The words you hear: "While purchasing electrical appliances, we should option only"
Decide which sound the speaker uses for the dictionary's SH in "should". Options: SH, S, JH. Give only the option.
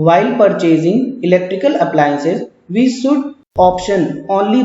S